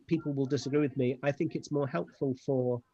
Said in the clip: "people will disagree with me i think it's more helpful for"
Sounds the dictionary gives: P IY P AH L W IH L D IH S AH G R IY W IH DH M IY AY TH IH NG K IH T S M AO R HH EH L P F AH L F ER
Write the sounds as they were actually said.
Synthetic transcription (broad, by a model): P IY P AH L W IH L D IH S AH G R IY W IH DH M IY AY TH IH NG K IH T S M AO R HH EH L P F AH L F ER